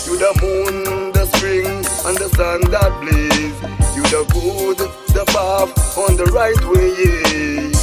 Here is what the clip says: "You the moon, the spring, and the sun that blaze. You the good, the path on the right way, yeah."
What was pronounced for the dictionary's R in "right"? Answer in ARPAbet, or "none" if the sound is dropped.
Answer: R